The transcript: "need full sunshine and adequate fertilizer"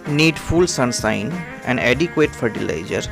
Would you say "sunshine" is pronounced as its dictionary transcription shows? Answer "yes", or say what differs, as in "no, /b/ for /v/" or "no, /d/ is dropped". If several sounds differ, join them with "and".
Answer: no, /s/ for /ʃ/